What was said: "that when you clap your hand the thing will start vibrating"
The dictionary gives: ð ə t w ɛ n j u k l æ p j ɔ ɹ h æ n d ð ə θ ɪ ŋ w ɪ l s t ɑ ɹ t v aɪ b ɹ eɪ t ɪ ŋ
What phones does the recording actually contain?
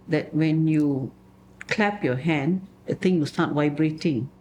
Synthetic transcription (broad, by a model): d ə t w ɛ n j u k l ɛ p j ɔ h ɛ n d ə t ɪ ŋ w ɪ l s t ɑ t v aɪ b ɹ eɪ t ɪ ŋ